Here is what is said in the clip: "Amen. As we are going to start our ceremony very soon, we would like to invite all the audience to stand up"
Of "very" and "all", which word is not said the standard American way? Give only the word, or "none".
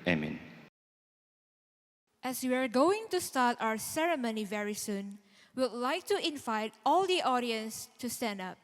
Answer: none